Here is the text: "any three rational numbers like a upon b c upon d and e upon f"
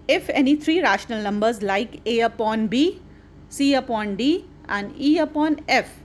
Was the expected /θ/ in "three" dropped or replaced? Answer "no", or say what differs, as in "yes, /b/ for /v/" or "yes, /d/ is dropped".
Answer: yes, /t/ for /θ/